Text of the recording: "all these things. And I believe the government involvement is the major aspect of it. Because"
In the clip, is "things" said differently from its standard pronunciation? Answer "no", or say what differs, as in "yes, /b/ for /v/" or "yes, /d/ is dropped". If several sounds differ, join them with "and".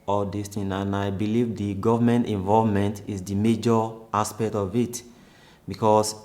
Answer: yes, /z/ is dropped